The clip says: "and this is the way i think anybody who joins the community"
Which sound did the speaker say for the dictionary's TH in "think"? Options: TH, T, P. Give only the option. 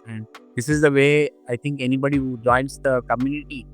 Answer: T